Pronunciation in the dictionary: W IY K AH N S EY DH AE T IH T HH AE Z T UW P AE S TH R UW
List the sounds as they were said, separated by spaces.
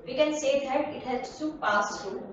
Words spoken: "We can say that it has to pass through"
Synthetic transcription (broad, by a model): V IY K AH N S EY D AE T IH T HH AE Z S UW P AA S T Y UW